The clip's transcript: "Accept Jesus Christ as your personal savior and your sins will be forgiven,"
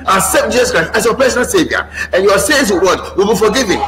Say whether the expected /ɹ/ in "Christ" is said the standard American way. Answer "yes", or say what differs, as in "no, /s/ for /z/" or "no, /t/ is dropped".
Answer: yes